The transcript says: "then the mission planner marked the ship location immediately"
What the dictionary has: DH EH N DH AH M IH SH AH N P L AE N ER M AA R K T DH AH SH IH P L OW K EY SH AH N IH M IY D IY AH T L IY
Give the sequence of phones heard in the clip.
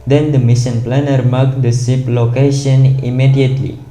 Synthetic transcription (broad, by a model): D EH N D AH M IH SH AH N P L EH N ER M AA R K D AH S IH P L OW K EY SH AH N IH M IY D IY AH T L IY